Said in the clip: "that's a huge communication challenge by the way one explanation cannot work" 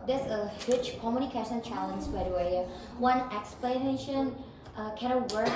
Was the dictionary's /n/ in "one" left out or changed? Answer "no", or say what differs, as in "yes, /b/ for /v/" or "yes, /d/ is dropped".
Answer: no